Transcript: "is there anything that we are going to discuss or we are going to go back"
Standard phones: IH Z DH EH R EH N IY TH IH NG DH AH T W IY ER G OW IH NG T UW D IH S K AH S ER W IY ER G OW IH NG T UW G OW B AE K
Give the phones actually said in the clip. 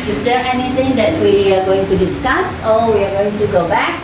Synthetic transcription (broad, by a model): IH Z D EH R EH N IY T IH NG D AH T W IY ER G OW IH NG T UW D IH S K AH S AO W IY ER G OW IH NG T UW G OW B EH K